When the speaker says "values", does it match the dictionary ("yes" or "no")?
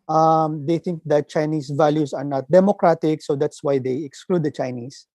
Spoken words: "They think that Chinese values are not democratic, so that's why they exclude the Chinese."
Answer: no